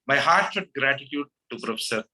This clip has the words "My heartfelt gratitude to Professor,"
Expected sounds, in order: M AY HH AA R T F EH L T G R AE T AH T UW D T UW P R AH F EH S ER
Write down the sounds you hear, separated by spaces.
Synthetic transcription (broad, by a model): M AY HH AA R T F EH T G R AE T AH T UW D T UW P R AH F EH S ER